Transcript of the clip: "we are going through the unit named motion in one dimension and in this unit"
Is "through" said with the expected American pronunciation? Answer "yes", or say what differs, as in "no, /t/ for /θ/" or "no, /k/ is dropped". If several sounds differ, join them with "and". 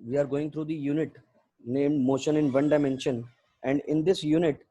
no, /t/ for /θ/